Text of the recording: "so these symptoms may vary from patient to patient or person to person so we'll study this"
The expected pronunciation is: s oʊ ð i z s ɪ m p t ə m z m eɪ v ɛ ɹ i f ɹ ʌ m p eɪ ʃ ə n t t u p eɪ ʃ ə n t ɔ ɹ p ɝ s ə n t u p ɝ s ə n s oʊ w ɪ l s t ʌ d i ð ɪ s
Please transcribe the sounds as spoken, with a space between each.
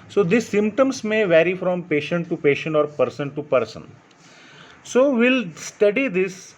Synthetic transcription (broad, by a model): s oʊ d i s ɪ m p t ə m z m eɪ v ɛ ɹ i f ɹ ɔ m p eɪ ʃ ə n t t u p eɪ ʃ ə n t ɔ ɹ p ɝ s ə n t u p ɝ s ə n s oʊ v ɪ l s t ʌ d i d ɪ s